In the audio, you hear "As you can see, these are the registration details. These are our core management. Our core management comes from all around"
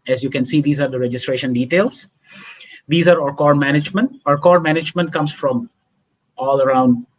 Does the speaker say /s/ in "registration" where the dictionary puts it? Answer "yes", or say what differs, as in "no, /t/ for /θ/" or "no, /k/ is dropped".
yes